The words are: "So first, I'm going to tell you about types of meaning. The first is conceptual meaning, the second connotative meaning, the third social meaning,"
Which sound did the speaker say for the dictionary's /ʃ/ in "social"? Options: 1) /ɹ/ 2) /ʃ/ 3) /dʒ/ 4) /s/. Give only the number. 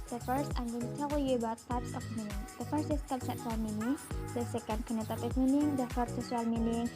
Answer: 4